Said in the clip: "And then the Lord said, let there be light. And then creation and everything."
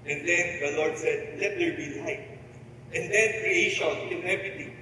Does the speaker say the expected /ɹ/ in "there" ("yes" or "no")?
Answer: no